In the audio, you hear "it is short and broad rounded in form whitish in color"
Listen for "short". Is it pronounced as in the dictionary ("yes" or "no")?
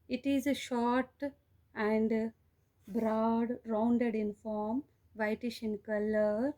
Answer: yes